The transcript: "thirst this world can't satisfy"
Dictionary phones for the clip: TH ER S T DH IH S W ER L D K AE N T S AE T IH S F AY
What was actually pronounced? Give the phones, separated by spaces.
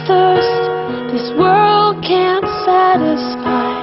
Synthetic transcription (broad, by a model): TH ER S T DH IH S W ER L D K AE N T S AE T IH S F AY